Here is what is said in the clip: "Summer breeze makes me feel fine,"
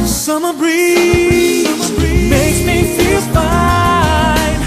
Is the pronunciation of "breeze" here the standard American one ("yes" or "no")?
no